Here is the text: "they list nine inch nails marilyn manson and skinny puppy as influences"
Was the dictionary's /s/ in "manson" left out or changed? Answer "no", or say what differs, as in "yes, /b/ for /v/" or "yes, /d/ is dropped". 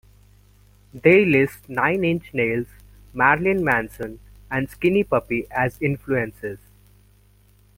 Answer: no